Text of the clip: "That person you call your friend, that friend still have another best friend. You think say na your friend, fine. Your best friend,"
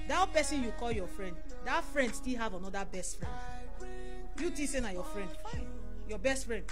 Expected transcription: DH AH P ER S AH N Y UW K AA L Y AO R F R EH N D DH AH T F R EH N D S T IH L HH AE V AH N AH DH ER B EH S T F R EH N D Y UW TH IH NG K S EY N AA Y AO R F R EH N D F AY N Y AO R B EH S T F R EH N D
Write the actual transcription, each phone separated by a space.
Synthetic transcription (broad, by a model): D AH P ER S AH N Y UW K AA L Y AO F R EH N D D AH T F R EH N D S T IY L HH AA V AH N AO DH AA B EH S T F R EH N D Y UW T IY S EY N AA Y AO F R EH N D Y AO B EH S T F R EH N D